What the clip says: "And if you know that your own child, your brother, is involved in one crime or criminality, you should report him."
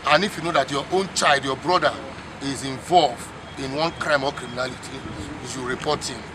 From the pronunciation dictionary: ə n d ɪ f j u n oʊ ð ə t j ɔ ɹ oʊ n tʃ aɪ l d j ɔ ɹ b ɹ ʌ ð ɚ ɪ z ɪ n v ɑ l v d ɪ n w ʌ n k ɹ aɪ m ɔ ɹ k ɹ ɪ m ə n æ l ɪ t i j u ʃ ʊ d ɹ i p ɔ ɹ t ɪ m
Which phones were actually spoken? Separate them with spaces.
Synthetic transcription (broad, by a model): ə n ɪ f j u n oʊ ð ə t j ɔ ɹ oʊ n tʃ aɪ l d j ɔ b ɹ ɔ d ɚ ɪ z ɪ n v ɑ l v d ɪ n w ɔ n k ɹ aɪ m ɔ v k ɹ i m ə n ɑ l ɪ t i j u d ɹ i p ɔ t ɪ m